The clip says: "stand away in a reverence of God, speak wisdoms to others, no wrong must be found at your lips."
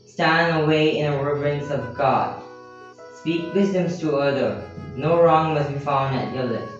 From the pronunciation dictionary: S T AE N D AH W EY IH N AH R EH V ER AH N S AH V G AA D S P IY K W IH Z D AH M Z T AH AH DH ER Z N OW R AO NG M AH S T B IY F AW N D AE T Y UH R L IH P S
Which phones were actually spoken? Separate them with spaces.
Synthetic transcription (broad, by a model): S T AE N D AH W EY IH N AH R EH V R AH N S AH V G AA D S P IY K W IH Z D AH M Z T AH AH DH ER N OW R AO NG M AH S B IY F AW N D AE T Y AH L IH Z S